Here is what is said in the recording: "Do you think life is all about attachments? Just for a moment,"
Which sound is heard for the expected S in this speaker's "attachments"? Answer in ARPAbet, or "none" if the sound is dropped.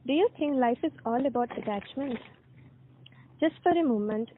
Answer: none